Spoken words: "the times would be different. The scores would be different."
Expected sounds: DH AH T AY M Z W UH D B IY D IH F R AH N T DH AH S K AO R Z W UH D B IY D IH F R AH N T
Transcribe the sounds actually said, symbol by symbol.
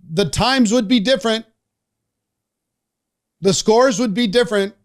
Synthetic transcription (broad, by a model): DH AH T AY M Z W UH D B IY D IH F R AH N T DH AH S K AO R Z W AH D B IY D IH F R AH N T